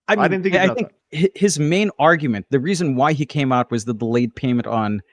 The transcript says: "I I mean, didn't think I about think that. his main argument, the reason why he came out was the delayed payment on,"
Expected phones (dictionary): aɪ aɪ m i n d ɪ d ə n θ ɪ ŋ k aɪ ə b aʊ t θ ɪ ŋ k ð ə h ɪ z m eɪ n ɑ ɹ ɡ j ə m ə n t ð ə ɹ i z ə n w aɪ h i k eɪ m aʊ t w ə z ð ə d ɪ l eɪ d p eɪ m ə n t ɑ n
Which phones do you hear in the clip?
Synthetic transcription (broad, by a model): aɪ aɪ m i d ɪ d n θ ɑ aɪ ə θ ɪ ŋ k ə h ɪ z m eɪ n ɑ ɹ ɡ j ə m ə n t ð ə ɹ i z ə n w aɪ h i k eɪ m aʊ t w ə z ð ə d ɪ l eɪ d p eɪ m ə n t n